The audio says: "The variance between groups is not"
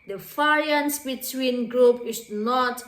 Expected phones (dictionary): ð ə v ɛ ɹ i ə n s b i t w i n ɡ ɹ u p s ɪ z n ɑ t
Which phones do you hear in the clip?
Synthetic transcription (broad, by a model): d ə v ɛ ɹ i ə n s b i t w i n ɡ ɹ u p ɪ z n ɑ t